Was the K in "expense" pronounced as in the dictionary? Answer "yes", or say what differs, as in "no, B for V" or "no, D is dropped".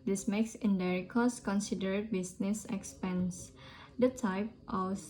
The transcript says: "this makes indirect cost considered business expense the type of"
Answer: yes